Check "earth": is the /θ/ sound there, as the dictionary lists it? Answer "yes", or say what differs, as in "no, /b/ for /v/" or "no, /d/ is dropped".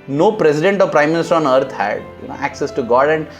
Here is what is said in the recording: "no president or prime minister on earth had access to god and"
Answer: no, /t/ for /θ/